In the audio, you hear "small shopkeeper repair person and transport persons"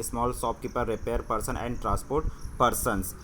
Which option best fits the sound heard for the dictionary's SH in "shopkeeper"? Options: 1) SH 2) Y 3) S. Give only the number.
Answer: 3